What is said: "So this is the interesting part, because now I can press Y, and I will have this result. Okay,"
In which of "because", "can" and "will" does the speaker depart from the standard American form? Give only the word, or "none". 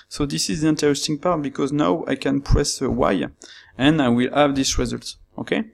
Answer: none